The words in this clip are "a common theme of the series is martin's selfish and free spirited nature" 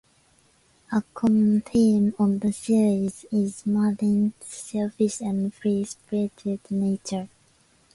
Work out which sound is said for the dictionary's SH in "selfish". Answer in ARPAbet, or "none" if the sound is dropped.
S